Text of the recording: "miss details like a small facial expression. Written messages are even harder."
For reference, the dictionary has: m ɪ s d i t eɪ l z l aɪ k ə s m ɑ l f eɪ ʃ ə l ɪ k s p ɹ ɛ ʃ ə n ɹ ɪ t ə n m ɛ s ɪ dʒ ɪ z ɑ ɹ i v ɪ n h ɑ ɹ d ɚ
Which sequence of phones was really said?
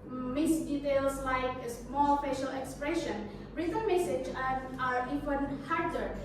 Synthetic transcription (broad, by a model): m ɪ s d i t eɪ l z l aɪ k ə s m ɑ l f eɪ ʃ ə l ɪ k s p ɹ ɛ ʃ ə n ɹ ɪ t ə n m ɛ s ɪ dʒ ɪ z ɑ ɹ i f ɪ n h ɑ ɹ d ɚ